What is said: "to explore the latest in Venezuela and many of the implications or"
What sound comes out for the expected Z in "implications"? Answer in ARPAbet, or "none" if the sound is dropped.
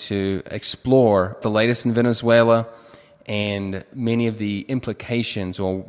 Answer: Z